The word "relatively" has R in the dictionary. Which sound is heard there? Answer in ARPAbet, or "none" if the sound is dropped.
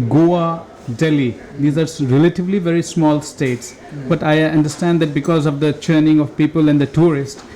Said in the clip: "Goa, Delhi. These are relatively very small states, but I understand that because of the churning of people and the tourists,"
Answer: R